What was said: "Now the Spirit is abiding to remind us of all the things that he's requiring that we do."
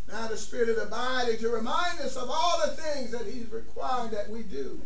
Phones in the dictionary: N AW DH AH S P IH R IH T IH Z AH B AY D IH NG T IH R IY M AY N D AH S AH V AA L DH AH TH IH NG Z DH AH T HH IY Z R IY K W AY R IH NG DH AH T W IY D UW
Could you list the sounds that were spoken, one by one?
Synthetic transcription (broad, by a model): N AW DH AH S P IH R IH T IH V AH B AY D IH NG T IH R IY M AY N D AH S AH V AA L DH AH TH IH NG Z DH AH T HH IY Z R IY K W AY IH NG DH AH T W IY D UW